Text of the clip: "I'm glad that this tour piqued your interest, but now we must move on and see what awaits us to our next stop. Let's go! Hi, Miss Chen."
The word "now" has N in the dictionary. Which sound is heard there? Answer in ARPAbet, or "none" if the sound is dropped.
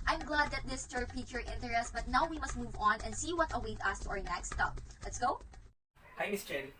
N